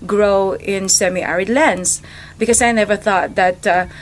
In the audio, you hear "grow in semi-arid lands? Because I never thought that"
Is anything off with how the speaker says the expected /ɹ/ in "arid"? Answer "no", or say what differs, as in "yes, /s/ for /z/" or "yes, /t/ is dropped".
no